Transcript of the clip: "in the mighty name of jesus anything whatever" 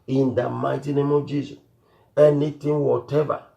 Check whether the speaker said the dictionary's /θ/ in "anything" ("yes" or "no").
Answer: no